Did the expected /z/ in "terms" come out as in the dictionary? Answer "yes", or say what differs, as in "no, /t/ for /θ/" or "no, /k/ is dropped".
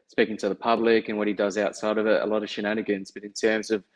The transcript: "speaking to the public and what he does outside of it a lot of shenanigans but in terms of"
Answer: yes